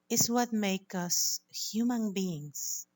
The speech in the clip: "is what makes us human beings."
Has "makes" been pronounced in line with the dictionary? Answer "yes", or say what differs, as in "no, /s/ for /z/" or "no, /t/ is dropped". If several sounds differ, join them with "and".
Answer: no, /s/ is dropped